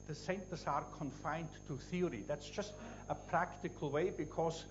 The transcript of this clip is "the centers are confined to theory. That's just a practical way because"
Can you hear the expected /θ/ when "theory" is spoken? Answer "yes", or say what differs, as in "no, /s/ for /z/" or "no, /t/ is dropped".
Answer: yes